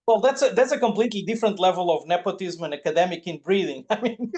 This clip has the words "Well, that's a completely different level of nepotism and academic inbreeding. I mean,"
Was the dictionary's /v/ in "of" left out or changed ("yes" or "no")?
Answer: no